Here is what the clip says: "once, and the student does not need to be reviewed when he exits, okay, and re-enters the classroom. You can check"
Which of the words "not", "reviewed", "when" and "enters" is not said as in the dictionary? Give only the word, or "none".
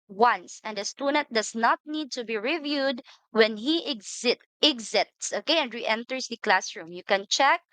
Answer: enters